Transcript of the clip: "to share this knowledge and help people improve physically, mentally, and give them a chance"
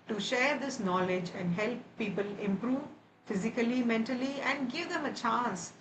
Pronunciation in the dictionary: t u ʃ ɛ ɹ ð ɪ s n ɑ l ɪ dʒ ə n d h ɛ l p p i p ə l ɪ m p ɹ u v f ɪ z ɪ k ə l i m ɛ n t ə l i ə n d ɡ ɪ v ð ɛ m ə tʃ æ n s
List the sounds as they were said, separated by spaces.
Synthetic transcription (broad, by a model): t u ʃ ɛ ɹ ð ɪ s n ɑ l ɪ dʒ ə n d h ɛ l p p i p ə l ɪ m p ɹ u v f ɪ z ɪ k ə l i m ɛ n t ə l i ə n d ɡ ɪ v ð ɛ m ə tʃ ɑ n s